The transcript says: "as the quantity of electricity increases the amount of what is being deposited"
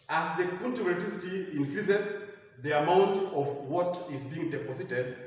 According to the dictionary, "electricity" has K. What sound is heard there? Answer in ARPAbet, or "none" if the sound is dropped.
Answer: none